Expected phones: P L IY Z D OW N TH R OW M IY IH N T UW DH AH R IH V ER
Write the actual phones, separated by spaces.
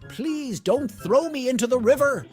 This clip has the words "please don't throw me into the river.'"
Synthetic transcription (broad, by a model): P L IY Z D OW N TH R OW M IY IH N T UW DH AH R IH V ER